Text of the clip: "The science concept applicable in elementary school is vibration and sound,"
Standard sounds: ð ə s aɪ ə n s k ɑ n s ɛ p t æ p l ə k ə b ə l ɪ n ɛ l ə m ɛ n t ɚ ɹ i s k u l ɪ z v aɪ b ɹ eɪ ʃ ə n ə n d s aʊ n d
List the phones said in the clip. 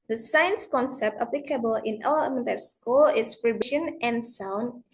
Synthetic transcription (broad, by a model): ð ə s aɪ ə n s k ɑ n s ɛ p t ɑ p l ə k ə b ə l ɪ n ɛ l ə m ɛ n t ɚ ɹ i s k u l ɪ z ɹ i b eɪ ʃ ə n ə n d s aʊ n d